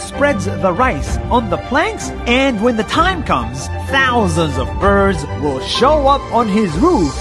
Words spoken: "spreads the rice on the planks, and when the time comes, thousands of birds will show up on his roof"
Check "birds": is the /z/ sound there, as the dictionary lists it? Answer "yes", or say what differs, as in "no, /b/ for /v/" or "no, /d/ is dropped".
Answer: yes